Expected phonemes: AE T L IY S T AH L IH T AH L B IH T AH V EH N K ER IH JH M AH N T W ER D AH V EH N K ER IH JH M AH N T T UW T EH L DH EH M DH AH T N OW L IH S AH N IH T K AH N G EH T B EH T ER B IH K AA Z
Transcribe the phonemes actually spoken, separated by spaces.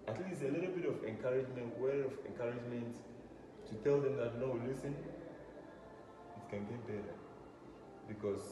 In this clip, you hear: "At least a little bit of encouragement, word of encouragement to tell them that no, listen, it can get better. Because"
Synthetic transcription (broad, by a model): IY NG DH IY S AH L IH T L B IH T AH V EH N K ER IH JH M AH N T W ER AH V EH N K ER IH JH M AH N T T UW T EH L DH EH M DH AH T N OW L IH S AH N IH T K AH N G EH T B EH T ER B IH K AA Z